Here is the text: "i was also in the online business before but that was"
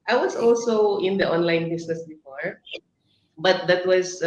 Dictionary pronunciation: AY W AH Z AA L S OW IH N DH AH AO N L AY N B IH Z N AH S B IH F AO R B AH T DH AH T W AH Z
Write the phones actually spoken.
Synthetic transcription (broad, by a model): AY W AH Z AA L S OW IH N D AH AO N L AY N B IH S N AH S B IH F AO R B AH T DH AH T W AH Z